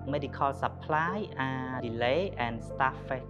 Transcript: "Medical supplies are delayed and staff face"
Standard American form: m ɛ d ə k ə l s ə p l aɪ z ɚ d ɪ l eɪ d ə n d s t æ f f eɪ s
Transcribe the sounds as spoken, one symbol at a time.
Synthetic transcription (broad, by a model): m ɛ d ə k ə l s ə p l aɪ ɚ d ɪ l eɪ ə n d s t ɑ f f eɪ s